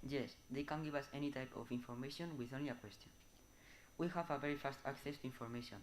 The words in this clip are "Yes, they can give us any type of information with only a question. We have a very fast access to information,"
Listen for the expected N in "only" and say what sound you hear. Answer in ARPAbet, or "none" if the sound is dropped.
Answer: N